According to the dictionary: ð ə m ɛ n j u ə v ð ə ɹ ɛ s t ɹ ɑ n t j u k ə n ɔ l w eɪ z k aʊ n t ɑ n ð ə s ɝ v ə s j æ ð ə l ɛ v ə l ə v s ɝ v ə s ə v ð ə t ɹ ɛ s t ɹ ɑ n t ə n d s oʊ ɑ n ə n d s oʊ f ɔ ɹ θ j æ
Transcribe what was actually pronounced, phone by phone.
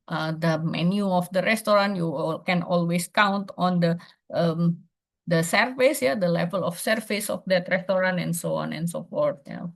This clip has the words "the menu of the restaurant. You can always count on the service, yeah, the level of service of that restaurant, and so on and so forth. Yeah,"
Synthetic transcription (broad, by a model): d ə m ɛ n j u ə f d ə ɹ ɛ s t ɹ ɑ n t j u k ə n ɔ l w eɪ s k aʊ n t ɑ n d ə s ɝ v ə s j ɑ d ə l ɛ v ə l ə f s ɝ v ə s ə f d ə t ɹ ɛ s t ɹ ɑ n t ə n s oʊ ɑ n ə n s oʊ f ɔ ɹ t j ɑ